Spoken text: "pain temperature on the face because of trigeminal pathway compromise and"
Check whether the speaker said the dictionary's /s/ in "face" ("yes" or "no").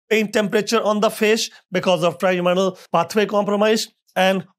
no